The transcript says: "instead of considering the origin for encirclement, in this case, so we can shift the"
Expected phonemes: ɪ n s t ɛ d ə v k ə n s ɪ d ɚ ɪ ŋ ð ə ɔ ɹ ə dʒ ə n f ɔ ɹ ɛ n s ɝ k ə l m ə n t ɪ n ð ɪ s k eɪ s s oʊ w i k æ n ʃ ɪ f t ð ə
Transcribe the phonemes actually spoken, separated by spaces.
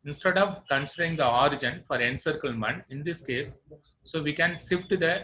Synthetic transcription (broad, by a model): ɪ n s t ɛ d ə v k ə n s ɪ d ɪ ŋ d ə ɔ ɹ ə dʒ ə n f ɔ ɹ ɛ n s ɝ k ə l m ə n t ɪ n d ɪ s k eɪ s s oʊ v i k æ n s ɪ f t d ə